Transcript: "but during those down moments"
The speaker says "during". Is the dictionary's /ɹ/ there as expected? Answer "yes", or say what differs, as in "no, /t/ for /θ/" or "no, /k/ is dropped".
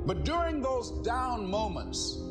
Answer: yes